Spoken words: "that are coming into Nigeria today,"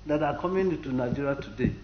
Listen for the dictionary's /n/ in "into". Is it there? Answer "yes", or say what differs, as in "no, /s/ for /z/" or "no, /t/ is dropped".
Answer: no, /n/ is dropped